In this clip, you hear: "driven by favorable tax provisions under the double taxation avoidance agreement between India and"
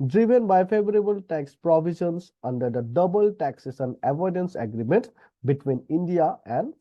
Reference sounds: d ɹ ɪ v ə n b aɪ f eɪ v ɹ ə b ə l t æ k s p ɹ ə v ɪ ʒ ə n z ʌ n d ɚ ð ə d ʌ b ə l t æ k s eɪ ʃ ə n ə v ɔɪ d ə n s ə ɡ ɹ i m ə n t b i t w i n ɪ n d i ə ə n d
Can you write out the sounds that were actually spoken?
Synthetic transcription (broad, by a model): d ɹ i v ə n b aɪ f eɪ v ɹ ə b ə l t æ k s p ɹ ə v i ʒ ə n s ʌ n d ɚ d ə d ʌ b ə l t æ k s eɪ s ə n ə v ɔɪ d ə n s ə ɡ ɹ i m ə n t b i t w i n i n d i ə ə n d